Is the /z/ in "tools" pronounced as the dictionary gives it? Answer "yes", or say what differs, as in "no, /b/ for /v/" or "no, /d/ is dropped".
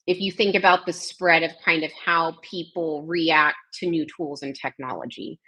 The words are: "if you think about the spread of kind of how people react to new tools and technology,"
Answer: yes